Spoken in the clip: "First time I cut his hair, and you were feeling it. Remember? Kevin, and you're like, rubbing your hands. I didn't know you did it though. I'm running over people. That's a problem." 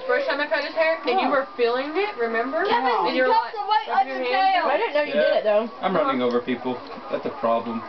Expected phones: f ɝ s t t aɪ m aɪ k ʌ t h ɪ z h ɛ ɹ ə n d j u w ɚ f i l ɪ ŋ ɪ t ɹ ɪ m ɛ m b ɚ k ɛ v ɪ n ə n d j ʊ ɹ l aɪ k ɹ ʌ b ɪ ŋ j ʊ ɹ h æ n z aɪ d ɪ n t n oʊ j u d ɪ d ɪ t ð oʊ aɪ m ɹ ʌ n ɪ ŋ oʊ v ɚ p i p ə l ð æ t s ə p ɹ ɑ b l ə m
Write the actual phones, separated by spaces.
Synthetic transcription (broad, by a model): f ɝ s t t aɪ m aɪ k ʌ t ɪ s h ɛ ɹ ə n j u w ɚ f i l ɪ ŋ ɪ t ɹ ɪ m ɛ m b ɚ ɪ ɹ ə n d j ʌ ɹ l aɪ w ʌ ɪ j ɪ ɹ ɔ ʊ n n oʊ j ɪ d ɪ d ɪ t ð oʊ aɪ m ɹ ʌ n ɪ ŋ oʊ v ɚ p i p l ð æ t s ə p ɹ ɑ b l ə m